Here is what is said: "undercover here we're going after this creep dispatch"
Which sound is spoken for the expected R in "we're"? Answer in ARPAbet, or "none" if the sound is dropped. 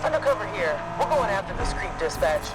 L